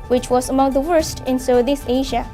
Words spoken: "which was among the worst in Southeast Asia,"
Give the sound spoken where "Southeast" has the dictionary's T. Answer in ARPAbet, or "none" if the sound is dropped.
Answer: none